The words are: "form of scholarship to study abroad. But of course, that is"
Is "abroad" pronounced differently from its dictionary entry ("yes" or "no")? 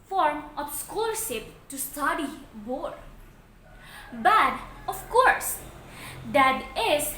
yes